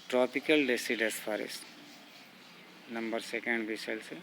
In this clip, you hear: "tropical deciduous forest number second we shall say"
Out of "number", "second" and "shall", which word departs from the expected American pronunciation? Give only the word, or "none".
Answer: shall